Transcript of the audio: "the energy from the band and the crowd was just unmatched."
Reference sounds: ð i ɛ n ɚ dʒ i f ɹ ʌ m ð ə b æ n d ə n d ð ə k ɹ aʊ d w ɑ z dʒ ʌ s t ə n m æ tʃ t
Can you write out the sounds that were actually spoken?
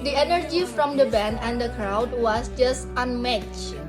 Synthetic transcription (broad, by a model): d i ɛ n ɚ dʒ i f ɹ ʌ m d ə b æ n ə n d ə k ɹ aʊ d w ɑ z dʒ ʌ s t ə n m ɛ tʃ